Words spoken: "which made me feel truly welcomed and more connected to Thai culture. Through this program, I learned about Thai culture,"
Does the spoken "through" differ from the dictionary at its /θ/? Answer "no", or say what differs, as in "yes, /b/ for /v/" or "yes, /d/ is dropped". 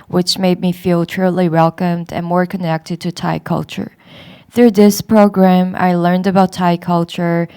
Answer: no